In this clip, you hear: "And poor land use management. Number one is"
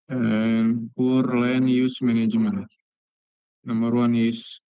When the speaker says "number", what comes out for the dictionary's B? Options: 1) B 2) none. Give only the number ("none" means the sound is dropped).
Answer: 2